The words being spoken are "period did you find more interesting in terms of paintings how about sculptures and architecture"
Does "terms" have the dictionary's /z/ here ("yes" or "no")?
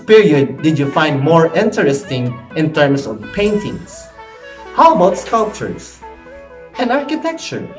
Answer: no